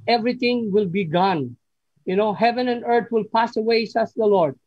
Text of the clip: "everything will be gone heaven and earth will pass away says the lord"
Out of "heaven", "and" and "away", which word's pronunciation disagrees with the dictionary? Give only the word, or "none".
none